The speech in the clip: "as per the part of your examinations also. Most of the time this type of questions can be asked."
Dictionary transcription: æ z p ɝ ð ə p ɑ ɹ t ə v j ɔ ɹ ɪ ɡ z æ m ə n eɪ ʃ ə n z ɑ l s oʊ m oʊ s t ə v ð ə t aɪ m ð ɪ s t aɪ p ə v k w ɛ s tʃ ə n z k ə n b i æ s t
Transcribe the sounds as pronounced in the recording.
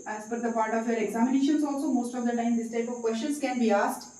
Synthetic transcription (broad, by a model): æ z f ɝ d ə p ɑ ɹ t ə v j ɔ ɹ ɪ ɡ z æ m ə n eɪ ʃ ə n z ɑ l s oʊ m oʊ s t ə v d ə t aɪ m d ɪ s t aɪ p ə v k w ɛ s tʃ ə n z k ə n b i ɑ s t